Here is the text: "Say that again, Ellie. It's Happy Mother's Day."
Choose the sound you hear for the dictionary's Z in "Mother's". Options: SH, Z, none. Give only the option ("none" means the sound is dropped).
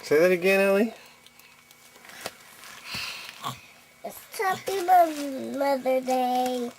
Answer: none